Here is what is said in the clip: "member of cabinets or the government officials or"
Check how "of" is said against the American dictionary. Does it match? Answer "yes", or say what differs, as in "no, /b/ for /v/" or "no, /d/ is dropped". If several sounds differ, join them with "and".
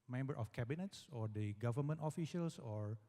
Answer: no, /f/ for /v/